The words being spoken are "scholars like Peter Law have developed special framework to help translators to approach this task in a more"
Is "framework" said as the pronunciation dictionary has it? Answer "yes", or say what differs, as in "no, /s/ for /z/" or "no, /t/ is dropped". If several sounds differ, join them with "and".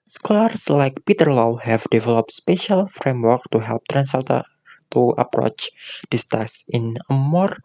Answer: yes